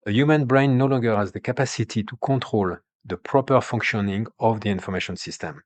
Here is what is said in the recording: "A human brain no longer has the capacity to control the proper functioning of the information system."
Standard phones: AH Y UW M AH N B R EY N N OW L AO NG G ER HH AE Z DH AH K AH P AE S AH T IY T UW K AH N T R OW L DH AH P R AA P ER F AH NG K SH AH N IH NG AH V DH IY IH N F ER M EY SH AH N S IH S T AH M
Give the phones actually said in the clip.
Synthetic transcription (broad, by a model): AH Y UW M AH N B R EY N N OW L AO NG G ER HH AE Z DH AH K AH P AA S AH T IY T UW K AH T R OW L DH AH P R AA P ER F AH NG K SH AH N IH NG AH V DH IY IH N F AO M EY SH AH N S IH S T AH M